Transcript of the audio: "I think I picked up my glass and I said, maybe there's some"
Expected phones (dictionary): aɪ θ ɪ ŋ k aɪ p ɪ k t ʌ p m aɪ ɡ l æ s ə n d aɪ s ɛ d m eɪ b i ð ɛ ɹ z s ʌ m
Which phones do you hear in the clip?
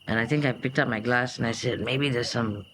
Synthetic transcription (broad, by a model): aɪ t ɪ ŋ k aɪ p ɪ k t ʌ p m aɪ ɡ l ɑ s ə n aɪ s ɛ d m eɪ b i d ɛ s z s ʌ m